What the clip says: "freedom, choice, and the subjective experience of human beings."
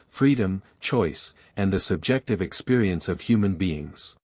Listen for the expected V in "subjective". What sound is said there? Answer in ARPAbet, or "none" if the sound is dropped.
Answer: V